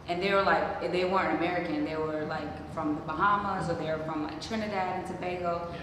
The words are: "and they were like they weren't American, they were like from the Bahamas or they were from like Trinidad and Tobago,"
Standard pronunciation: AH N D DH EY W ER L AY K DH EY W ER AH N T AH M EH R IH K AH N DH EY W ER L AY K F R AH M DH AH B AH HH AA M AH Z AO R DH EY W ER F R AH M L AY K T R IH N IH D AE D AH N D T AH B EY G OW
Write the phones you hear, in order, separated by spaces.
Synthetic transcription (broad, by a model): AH N DH EY W ER L AY K DH EY W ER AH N AH M EH R IH K AH N DH EY W ER L AY K F R AH M DH AH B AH HH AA M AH S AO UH DH EY W ER F R AH M L AY K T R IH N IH D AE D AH N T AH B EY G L